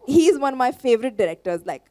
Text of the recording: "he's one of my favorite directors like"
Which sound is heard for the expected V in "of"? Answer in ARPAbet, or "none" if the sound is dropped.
V